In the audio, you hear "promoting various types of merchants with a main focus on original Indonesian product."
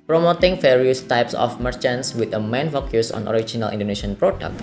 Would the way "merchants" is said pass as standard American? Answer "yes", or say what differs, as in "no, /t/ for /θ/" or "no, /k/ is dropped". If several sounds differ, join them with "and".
yes